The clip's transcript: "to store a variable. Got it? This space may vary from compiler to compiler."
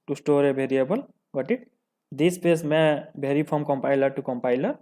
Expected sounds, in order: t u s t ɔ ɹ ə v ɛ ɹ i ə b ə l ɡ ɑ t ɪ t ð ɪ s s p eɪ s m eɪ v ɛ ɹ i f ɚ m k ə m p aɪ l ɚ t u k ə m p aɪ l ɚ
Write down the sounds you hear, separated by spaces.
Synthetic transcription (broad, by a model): t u s t ɔ ɹ ə b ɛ ɹ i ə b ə l ɡ ɑ t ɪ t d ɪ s s p eɪ s m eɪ b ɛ ɹ i p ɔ m k ə m p aɪ l ɚ t u k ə m p aɪ l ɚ